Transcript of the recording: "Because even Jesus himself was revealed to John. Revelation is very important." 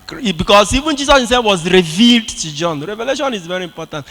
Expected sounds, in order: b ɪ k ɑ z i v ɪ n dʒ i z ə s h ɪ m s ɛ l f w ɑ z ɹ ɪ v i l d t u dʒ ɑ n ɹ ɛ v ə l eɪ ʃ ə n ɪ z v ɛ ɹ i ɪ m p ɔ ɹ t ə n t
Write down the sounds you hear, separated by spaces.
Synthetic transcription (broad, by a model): b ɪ k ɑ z i v ɪ n dʒ i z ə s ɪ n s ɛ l w ɑ z ɹ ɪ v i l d t u dʒ ɑ n ɹ ɛ v ə l eɪ ʃ ə n ɪ z v ɛ ɹ i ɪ m p ɔ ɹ t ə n t